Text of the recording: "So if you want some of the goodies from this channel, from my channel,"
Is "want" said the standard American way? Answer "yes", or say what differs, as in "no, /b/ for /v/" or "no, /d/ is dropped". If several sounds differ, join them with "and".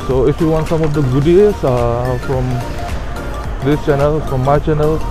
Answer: yes